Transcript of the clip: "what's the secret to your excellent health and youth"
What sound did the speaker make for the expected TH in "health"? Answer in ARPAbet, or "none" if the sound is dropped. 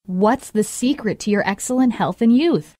TH